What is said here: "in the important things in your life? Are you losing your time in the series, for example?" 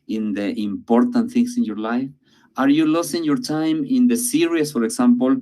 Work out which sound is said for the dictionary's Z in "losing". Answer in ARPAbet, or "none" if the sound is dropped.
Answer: S